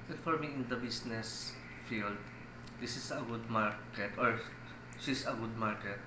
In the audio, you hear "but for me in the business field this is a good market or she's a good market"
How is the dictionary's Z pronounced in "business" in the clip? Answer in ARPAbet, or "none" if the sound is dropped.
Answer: S